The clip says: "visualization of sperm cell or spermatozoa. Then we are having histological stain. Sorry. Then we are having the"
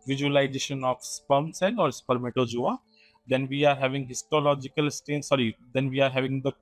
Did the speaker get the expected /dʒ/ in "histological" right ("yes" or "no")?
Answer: yes